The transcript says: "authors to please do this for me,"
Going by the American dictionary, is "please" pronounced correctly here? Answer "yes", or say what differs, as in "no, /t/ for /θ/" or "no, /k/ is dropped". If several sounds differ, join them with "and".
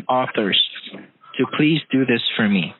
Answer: yes